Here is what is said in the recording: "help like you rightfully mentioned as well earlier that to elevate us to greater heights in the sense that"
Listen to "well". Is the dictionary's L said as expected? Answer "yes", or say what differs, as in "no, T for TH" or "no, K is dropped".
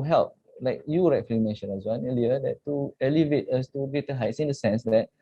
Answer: no, N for L